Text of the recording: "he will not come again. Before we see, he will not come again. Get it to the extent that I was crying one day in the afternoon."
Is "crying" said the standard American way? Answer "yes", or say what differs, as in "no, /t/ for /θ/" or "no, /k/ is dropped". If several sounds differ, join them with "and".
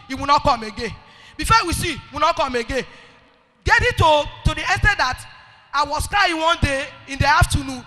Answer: no, /ɹ/ is dropped